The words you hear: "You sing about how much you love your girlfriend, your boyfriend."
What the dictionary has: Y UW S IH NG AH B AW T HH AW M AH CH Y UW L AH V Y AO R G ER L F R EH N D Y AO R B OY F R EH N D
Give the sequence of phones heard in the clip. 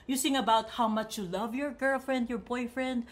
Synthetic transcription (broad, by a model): Y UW S IH NG AH B AW T HH AW M AH CH Y UW L AH V Y AO R G ER L F R EH N D Y AO R B OY F R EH N D